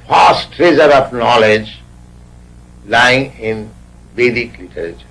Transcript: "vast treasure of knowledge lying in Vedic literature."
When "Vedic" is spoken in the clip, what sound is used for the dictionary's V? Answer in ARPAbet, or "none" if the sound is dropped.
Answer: B